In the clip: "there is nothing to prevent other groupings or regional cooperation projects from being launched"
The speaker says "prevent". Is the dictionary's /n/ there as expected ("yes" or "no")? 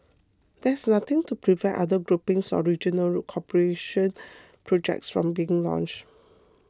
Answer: no